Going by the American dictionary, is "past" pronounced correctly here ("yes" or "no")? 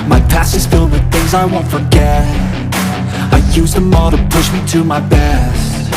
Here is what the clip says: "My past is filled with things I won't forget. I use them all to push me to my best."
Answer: no